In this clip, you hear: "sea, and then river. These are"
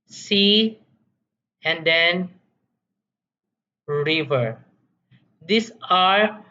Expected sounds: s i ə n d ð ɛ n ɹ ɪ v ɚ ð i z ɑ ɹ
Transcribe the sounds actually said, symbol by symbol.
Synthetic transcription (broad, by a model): s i ə n d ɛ n ɹ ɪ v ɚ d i s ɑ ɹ